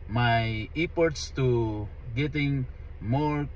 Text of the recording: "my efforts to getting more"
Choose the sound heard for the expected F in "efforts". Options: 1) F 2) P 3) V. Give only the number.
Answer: 2